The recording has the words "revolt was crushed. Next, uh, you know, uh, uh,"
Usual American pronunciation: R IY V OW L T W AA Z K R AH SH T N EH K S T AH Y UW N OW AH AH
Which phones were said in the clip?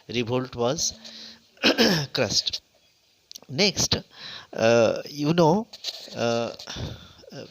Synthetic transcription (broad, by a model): R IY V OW L T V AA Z K R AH S T N EH K S T Y UW N OW